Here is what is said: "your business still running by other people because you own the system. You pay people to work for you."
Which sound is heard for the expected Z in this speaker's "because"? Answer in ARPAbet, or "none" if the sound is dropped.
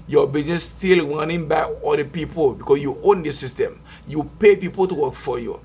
S